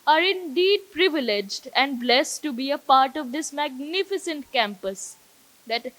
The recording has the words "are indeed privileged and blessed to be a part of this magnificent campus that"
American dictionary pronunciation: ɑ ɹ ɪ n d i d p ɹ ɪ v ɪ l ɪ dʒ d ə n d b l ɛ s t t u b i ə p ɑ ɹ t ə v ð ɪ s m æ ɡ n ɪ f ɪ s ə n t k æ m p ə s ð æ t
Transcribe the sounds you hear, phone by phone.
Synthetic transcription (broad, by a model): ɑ ɹ ɪ n d i d p ɹ ɪ v ɪ l ɪ dʒ d ə n d b l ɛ s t t u b i ə p ɑ ɹ t ə v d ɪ s m æ ɡ n ɪ f ɪ s ə n t k æ m p ə s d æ t